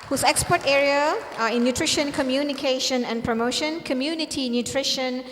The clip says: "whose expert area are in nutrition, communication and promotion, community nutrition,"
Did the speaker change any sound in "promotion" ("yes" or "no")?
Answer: no